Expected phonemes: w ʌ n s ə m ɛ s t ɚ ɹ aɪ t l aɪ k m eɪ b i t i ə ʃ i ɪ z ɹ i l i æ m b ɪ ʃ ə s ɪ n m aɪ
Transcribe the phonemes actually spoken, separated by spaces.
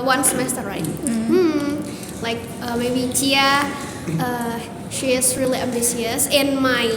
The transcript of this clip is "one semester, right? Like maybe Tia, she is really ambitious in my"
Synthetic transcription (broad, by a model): w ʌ n s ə m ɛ s t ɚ ɹ aɪ t l aɪ k m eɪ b i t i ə ʃ i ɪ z ɹ i l i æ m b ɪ s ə s ɪ n m aɪ